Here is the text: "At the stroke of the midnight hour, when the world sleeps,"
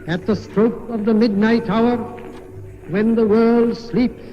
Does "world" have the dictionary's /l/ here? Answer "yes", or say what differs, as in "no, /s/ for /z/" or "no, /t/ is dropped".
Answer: yes